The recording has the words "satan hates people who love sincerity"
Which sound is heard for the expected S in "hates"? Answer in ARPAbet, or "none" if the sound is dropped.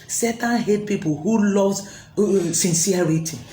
none